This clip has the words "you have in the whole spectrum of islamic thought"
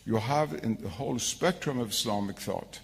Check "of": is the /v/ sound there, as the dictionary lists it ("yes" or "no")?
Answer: yes